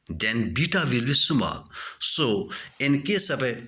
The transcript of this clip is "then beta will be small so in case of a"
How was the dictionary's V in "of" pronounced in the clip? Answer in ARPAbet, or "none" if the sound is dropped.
P